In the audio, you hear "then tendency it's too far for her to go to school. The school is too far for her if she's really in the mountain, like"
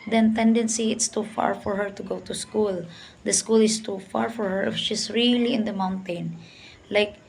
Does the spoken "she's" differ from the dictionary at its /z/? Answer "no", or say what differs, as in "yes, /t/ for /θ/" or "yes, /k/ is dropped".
yes, /s/ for /z/